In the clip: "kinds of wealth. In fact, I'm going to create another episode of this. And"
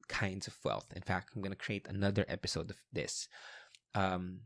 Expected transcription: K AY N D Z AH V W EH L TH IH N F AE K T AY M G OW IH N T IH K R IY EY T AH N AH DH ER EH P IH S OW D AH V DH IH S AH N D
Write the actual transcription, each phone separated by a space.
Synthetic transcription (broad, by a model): K AY N D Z AH V W EH L TH IH N F AE K T AY M G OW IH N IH K R IY EY T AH N AH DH ER EH P IH S OW D AH V DH IH S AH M